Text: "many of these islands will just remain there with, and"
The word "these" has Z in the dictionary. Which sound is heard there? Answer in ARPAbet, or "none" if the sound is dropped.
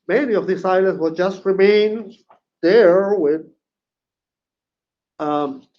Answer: S